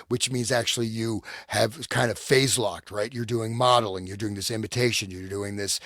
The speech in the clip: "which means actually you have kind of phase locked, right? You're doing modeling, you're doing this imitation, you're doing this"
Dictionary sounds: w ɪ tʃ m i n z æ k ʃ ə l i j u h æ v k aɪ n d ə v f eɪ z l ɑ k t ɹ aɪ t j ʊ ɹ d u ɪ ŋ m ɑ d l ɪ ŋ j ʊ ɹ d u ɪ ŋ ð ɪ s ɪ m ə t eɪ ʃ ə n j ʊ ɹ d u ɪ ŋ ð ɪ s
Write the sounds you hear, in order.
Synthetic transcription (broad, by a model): w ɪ tʃ m i n z æ k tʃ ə l i j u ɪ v k aɪ n d ə v f eɪ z l ɑ k t ɹ aɪ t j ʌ ɹ d u ɪ ŋ m ɑ d l ɪ ŋ j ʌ ɹ d u ɪ ŋ ð ɪ s ɪ m ə t eɪ ʃ ə n j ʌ ɹ d u ɪ ŋ ð ɪ s